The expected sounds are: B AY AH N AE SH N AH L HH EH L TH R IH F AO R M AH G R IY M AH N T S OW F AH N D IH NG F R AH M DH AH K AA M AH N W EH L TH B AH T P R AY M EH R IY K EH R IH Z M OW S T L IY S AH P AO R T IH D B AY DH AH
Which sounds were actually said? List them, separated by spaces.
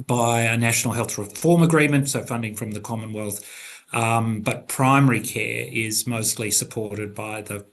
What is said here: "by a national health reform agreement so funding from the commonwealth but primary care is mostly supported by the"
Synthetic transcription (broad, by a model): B AY AH N AE SH N L HH EH L TH R IH F AO R M AH G R IY M AH N T S OW F AH N D IH NG F R AH M DH AH K AA M AH N W EH L TH B AH T P R AY M EH R IY K EH R IH Z M OW S T L IY S AH P AO R T IH D B AY DH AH